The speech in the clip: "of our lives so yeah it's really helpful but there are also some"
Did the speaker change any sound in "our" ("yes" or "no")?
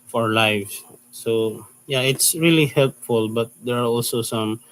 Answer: no